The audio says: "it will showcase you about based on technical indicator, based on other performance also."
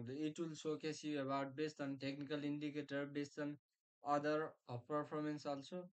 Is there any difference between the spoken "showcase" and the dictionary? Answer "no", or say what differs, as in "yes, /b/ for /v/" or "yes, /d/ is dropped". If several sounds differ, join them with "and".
yes, /s/ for /ʃ/